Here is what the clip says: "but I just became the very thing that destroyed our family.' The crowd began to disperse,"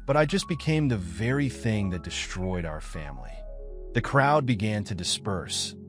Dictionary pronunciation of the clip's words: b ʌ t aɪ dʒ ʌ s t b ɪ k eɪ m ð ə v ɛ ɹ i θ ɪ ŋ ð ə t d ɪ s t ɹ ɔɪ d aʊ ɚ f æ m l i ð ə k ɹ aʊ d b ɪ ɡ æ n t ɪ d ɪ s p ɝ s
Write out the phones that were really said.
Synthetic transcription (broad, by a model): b ʌ t aɪ dʒ ʌ s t b ɪ k eɪ m ð ə v ɛ ɹ i θ ɪ ŋ ð ə t d ɪ s t ɹ ɔɪ d aʊ ɚ f æ m l i ð ə k ɹ aʊ d b ɪ ɡ æ n t ɪ d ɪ s p ɝ s